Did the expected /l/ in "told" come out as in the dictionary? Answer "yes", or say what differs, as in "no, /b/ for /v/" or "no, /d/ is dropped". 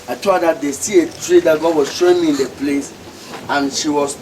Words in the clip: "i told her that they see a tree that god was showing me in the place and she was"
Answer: no, /l/ is dropped